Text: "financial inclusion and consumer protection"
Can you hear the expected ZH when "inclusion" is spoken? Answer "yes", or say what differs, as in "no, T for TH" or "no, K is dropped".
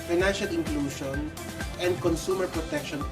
no, SH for ZH